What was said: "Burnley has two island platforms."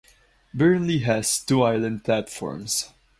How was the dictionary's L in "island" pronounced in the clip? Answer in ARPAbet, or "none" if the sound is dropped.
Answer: L